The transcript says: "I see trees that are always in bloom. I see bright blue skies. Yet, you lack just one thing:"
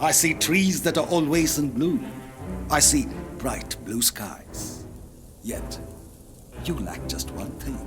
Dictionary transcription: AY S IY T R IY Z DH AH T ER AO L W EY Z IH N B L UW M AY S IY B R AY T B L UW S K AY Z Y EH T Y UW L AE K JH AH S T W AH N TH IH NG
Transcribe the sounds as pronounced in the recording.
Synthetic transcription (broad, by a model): AY S IY T R IY Z DH AH T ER AO L W EY Z IH N B L UW AY S IY B R AY T B L UW S K AY Z Y EH T Y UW L AE K JH AH S T W AH N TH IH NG